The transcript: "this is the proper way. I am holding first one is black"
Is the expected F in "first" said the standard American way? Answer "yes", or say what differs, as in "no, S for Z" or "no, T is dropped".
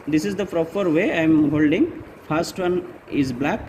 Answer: no, P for F